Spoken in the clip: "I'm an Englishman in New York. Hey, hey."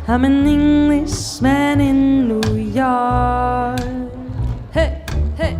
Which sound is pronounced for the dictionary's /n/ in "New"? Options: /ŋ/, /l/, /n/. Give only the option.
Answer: /n/